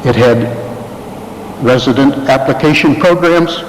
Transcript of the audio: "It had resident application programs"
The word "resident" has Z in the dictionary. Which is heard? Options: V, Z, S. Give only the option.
Z